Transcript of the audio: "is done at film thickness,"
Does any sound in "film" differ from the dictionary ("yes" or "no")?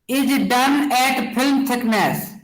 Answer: yes